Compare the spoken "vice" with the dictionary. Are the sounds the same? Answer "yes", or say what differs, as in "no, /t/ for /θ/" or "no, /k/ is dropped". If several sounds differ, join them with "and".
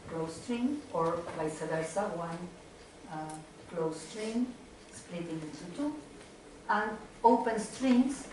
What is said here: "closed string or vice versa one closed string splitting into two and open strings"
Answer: no, /b/ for /v/